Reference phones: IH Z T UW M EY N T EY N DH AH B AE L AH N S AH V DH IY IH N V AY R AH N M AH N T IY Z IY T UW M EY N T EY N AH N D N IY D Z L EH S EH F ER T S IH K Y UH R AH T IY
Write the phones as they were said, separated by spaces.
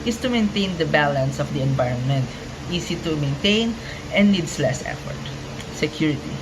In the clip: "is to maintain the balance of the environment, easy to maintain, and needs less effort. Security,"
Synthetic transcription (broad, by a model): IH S T UW M EY N T EY N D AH B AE L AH N S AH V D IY IH N V AY R AH N M AH N T IY S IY T UW M EY N T EY N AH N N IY D S L EH S EH F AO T S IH K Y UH R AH T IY